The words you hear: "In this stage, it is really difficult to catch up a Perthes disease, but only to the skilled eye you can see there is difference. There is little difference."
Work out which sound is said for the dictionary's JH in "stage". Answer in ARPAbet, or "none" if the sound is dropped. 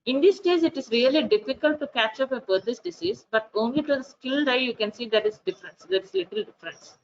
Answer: Z